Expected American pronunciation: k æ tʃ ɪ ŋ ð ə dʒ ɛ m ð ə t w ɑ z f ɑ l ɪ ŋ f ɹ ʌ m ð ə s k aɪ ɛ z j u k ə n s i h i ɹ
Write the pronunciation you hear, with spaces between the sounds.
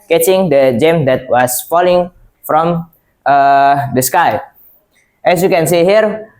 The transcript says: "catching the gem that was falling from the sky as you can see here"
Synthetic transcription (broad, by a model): k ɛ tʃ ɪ ŋ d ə dʒ ɛ m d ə t w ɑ s f ɑ l ɪ ŋ f ɹ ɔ m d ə s k aɪ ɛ s j u k ə n s i h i ɹ